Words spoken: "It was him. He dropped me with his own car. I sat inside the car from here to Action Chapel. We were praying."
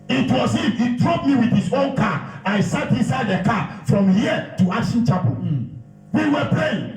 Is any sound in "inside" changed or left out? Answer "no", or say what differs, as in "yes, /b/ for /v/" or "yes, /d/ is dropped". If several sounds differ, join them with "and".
no